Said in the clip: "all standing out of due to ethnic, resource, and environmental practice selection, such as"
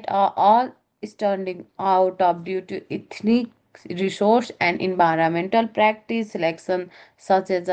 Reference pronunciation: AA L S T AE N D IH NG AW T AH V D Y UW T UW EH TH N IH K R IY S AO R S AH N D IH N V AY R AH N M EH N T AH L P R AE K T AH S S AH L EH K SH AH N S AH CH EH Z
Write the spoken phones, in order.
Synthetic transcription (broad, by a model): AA L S T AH N D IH NG AW T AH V D Y UW T UW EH T N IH K R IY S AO R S AH N D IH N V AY R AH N M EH N T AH L P R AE K T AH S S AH L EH K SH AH N S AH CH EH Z